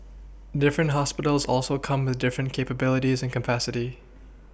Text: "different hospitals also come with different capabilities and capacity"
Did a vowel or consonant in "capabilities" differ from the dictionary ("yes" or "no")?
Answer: no